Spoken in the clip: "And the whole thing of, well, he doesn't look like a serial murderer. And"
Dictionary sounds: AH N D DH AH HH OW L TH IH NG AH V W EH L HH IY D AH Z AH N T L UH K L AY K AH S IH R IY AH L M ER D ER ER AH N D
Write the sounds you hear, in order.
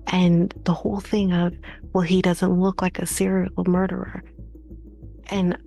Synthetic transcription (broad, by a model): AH N DH AH HH OW L TH IH NG AH V W EH L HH IY D AH Z AH N T L UH K L AY K AH S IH R IY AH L M ER D ER ER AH N